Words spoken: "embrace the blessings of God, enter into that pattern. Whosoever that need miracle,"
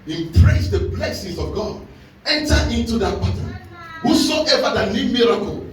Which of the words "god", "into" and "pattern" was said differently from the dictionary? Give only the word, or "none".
pattern